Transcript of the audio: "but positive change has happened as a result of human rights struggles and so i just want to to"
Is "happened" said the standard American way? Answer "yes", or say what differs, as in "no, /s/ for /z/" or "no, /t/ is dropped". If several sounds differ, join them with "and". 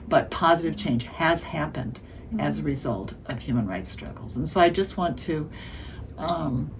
yes